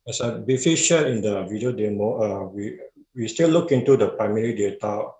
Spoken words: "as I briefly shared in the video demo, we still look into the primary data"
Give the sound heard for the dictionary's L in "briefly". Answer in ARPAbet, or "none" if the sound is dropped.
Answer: none